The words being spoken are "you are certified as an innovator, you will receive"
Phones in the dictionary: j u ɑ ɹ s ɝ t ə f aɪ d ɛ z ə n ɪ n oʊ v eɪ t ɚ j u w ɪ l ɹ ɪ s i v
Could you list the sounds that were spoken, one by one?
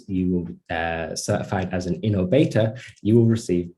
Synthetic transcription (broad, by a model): j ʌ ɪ l s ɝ t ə f aɪ d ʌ z ə n ɪ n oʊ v eɪ t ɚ j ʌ w ɪ l ɹ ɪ s i v